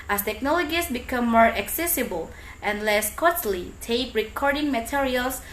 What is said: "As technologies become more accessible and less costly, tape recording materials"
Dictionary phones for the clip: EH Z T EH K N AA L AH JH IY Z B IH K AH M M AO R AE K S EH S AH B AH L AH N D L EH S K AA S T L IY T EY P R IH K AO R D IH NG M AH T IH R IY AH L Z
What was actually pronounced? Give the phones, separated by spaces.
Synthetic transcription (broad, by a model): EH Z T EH K N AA L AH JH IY S B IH K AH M M AO R AE K S EH S AH B AH L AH N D L EH S K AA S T L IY T EY P R IH K AO R D IH NG M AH T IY R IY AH L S